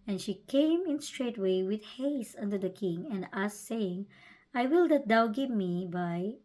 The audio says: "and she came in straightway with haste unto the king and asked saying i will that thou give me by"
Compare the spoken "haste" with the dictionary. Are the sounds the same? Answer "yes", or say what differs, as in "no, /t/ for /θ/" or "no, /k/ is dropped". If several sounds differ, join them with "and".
no, /t/ is dropped